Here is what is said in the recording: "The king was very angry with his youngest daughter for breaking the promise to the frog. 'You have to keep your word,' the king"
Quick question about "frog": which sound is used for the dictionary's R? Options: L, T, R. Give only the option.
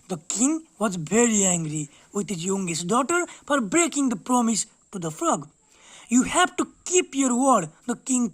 L